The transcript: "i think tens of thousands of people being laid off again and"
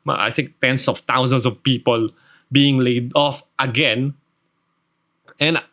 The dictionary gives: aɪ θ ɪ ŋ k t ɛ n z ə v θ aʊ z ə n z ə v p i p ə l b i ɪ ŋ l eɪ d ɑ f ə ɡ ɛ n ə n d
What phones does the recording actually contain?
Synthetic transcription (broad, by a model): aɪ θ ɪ ŋ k t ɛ n s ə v t aʊ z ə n s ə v p i p ə l b i ɪ ŋ l eɪ d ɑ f ə ɡ ɛ n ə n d